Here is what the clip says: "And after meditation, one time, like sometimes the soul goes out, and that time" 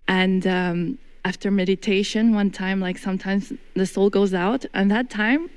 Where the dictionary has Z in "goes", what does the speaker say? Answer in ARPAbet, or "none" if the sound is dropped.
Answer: Z